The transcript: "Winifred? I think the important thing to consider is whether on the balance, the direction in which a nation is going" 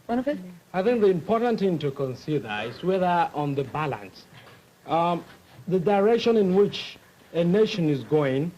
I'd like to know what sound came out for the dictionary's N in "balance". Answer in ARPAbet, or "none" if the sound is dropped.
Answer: N